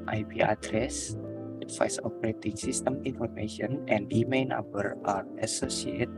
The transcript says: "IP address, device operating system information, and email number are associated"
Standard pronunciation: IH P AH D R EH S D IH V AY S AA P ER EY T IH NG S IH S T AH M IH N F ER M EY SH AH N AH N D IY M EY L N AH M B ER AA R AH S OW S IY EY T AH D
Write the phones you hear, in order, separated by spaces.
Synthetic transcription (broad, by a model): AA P AH D R EH S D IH F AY S AA P ER EY T IH NG S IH S T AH M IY N F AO M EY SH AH N AH N D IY M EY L N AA M B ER AA R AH S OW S IY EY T